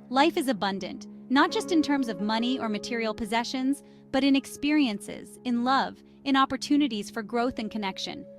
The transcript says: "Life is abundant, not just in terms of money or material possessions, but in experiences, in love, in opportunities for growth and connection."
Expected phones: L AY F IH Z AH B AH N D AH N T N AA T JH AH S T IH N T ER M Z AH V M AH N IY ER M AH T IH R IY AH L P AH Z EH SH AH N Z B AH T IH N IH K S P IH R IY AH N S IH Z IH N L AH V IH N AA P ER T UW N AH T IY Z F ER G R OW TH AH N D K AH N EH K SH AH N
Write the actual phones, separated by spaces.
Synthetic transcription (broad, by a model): L AY F IH Z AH B AH N D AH N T N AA T JH AH S T IH N T ER M Z AH V M AH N IY ER M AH T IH R IY L P AH Z EH SH AH N Z B AH T IH N IH K S P IH R IY AH N S IH Z IH N L AH V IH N AA P ER T UW N AH T IY Z F ER G R OW TH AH N K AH N EH K SH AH N